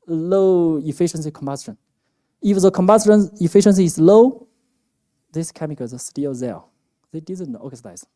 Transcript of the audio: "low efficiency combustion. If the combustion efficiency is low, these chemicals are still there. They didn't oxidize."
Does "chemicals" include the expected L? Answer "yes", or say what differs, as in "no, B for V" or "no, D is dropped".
no, L is dropped